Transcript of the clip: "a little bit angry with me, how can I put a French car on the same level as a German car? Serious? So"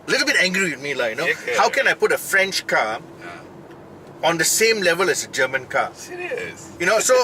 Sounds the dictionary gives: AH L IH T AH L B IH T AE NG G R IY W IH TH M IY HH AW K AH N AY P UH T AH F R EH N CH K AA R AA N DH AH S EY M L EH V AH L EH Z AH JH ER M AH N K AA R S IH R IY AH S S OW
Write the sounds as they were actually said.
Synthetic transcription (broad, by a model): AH L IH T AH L B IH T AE NG G R IY W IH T M IY HH AW K AH N AY P UH T AH F R EH N CH K AA AA N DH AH S EY M L EH V AH L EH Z AH JH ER M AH N K AA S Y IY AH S S OW